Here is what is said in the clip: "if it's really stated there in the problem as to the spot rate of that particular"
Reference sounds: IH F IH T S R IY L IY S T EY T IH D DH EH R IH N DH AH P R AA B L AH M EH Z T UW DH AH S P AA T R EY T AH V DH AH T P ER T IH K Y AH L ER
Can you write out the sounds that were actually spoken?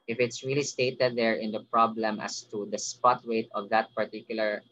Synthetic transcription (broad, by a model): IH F IH T S R IY L IY S T EY T IH D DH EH R IH N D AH P R AA B L AH M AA S T UW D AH S P AA T W EY T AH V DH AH T P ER T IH K Y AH L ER